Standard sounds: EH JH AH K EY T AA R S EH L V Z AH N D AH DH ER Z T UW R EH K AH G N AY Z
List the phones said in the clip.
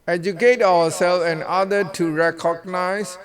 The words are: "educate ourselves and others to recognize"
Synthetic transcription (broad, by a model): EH JH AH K EY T AA W S EH L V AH N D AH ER T UW R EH K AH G N AY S